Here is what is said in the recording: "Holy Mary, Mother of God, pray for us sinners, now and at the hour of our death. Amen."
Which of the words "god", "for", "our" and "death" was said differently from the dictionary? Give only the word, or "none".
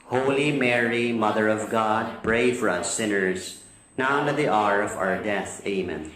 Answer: none